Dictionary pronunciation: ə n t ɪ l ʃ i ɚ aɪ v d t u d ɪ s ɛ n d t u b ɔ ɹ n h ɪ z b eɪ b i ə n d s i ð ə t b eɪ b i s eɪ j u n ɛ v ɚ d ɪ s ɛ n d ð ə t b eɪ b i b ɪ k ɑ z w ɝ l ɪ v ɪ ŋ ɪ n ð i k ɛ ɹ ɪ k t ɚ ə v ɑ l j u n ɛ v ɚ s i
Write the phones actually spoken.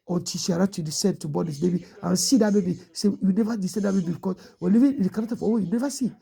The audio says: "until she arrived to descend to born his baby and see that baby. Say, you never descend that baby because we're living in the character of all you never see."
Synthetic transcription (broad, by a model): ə n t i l ʃ i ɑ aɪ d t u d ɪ s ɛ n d t u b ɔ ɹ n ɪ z b eɪ b i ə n s i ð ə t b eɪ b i s eɪ j u n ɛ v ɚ d ɪ s ɛ n d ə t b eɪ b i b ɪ k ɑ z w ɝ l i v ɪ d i k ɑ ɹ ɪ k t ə f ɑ w j u n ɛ v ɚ s i